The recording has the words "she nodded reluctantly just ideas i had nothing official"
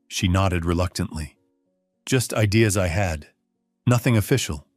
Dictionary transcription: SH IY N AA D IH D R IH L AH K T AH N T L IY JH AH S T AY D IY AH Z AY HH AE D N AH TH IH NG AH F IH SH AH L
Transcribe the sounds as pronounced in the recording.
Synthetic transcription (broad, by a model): SH IY N AA D IH D R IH L AH K T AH N T L IY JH AH S T AY D IY AH Z AY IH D N AH TH IH NG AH F IH SH L